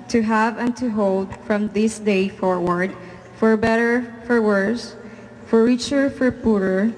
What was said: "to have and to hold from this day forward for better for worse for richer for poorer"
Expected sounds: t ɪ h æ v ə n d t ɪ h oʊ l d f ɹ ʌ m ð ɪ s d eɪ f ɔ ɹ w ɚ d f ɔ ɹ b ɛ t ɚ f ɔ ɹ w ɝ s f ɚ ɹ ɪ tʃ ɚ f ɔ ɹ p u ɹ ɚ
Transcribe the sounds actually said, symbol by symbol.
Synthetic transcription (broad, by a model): t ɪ h æ v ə n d t ɪ h oʊ l d f ɹ ʌ m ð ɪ s d eɪ f ɔ ɹ w ɚ d f ɔ ɹ b ɛ t ɚ f ɔ ɹ w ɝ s f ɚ ɹ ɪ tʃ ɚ f ɔ ɹ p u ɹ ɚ